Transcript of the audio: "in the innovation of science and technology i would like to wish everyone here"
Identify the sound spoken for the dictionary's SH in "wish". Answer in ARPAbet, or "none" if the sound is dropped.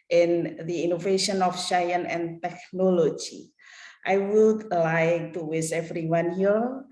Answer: S